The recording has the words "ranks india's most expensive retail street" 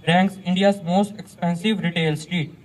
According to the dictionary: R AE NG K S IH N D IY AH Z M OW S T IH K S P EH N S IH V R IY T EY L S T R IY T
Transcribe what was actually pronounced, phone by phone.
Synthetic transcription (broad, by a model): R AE NG K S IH N D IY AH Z M OW S T IH K S P EH N S IH V R IY T EY L S T R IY T